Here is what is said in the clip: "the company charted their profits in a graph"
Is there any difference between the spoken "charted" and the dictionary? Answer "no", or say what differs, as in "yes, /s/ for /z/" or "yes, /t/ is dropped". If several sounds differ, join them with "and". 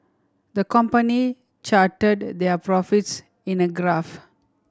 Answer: no